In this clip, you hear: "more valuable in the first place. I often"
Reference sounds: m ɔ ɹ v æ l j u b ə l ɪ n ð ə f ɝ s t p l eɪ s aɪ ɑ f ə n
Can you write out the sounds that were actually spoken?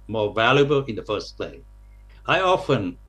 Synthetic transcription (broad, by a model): m ɔ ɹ v æ l j u b ə l ɪ n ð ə f ɝ s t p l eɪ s aɪ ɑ f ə n